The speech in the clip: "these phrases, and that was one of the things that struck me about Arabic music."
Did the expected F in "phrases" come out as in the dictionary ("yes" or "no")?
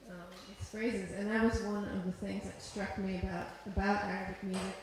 yes